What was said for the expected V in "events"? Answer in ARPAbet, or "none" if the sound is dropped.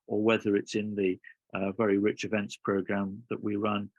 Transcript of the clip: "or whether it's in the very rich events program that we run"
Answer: V